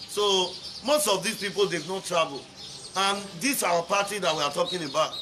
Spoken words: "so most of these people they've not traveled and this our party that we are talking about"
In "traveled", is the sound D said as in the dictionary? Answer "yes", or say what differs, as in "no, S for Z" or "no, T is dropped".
no, D is dropped